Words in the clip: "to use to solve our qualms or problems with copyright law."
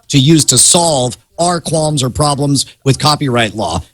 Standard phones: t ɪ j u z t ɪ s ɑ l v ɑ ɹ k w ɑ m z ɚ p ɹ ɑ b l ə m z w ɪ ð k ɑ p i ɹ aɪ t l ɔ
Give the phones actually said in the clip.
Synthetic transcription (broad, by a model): t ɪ j u z t ɪ s ɑ l v ɑ ɹ k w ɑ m z ɚ p ɹ ɑ b l ə m z w ɪ ð k ɑ p i ɹ aɪ t l ɔ